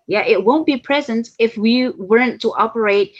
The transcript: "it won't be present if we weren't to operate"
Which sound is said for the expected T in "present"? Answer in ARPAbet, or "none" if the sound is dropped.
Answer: T